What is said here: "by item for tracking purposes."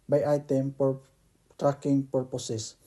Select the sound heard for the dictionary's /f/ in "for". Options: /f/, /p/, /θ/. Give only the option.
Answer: /p/